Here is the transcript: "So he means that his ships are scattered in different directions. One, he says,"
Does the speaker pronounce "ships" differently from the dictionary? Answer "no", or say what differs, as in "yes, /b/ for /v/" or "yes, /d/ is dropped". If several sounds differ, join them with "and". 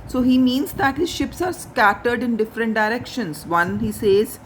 no